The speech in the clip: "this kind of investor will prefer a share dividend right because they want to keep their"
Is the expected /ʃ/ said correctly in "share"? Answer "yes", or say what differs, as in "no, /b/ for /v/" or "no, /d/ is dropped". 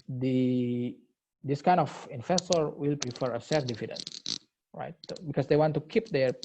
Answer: no, /s/ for /ʃ/